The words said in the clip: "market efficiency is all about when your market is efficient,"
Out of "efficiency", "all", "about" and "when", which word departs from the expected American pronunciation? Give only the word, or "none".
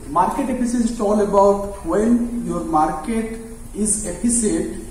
efficiency